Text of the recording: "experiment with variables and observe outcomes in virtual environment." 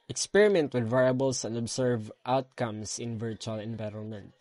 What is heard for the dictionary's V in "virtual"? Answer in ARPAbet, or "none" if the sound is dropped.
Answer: V